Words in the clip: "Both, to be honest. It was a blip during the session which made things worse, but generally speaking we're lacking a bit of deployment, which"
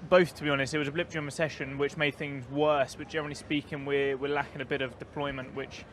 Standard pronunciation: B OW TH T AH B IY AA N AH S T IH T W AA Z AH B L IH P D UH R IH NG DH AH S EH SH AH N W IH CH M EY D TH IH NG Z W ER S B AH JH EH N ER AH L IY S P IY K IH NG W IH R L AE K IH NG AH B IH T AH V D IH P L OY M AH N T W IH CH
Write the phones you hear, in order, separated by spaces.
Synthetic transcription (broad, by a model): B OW TH T AH B IY AA N AH S T IH T W AA Z AH B L IH P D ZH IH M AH S EH SH AH N W IH CH M EY D TH IH NG Z W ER S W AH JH EH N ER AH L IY S P IY K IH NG W IH W L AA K IH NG AH B IH T AH V D IH P L OY M AH N T W IH CH